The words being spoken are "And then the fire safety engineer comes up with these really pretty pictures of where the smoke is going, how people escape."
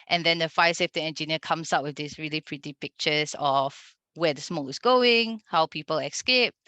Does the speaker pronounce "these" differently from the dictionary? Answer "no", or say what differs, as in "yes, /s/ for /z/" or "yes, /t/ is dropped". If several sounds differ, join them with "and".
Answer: yes, /s/ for /z/